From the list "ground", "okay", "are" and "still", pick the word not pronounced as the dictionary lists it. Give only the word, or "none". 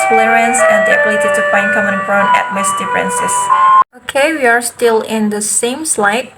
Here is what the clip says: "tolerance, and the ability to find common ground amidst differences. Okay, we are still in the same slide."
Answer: ground